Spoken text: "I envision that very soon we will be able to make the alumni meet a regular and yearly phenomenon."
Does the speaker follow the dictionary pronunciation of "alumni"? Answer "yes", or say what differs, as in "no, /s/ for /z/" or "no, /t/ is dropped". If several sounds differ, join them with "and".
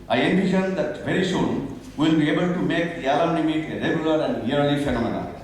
no, /m/ is dropped